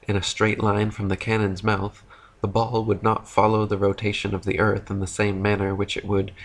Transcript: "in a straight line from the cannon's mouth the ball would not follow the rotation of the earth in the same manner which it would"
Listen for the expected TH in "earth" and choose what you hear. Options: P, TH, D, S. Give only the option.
TH